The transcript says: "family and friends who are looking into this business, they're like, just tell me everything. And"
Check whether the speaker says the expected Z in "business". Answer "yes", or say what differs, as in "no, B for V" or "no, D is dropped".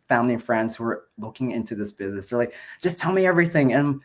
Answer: yes